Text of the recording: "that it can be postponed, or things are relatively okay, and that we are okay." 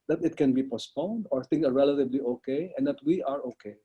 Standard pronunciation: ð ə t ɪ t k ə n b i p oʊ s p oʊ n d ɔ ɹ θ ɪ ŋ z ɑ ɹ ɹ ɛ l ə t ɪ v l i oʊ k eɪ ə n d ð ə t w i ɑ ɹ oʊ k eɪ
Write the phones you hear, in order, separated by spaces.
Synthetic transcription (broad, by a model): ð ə t ɪ t k ə n b i p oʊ s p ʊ n d ɔ ɹ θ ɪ ŋ s ɑ ɹ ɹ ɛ l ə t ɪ b l i oʊ k eɪ ə n d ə t w i ɑ ɹ oʊ k eɪ